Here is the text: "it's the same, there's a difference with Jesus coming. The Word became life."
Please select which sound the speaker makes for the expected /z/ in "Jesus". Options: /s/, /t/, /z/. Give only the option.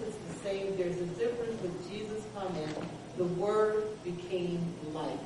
/z/